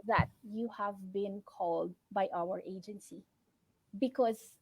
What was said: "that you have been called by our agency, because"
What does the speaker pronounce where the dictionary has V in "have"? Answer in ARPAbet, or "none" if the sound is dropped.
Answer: V